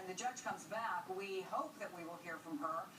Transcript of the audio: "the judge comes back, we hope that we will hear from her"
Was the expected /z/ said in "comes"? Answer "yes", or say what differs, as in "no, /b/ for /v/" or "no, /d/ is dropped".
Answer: yes